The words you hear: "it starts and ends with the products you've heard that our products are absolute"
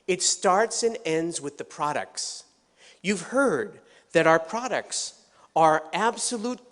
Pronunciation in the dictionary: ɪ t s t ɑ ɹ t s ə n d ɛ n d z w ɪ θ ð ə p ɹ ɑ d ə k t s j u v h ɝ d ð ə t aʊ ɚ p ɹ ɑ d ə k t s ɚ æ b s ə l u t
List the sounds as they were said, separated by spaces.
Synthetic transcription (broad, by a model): ɪ t s t ɑ ɹ t s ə n ɛ n d z w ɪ ð ə p ɹ ɑ d ə k t s j u v h ɝ d ð ə t aʊ ɚ p ɹ ɑ d ə k t s ɚ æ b s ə l u t